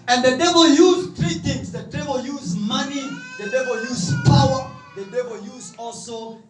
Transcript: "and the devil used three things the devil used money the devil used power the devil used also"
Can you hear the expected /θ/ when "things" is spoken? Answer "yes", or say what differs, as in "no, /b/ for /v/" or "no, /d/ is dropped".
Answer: no, /t/ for /θ/